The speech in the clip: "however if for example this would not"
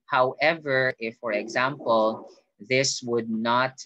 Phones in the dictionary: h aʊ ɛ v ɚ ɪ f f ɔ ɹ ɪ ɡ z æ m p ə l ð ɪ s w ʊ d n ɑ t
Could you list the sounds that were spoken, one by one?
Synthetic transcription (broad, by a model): h aʊ ɛ v ɚ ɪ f f ɔ ɹ ɪ ɡ z æ m p ə l ð ɪ s w ʊ d n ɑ t